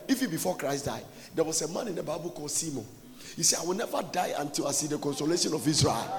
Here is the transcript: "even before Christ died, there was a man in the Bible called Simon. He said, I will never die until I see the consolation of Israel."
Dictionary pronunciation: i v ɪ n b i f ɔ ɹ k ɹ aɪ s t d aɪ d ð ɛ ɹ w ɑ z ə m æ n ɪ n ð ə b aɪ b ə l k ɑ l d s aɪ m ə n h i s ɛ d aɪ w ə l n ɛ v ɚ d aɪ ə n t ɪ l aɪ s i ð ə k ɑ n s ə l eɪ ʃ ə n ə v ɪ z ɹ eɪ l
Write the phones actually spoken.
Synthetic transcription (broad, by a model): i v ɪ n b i f ɔ k ɹ aɪ s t d aɪ d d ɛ w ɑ s ə m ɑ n ɪ n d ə b aɪ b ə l k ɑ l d s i m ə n h i s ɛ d aɪ w ə l n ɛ v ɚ d aɪ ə n t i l aɪ s i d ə k ɑ n s ə l eɪ ʃ ə n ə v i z ɹ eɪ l